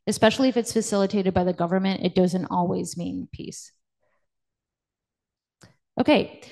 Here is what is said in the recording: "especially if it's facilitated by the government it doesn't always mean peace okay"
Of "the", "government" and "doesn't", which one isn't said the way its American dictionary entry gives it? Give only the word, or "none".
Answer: none